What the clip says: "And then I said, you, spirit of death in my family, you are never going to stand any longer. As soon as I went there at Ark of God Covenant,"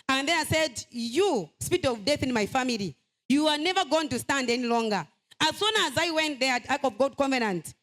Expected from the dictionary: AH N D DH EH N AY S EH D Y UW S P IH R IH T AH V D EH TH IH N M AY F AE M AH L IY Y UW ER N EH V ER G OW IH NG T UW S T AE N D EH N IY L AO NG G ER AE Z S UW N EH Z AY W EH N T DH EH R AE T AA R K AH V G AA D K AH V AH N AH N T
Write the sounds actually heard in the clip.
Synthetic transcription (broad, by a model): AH N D DH EH N AY S EH D Y UW S P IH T AH V D EH TH IH N M AY F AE M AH L IY Y UW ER N EH V ER G OW IH NG T UW S T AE N D EH N IY L AO NG G ER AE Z S UW N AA Z AY W EH N T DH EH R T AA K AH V G AA D K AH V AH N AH N T